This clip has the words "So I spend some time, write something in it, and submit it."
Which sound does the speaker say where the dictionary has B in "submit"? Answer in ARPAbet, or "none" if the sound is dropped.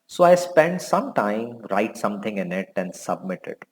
B